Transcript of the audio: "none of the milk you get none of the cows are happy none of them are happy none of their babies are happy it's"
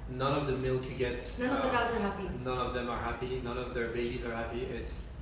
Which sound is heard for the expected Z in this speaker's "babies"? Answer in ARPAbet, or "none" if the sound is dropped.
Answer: Z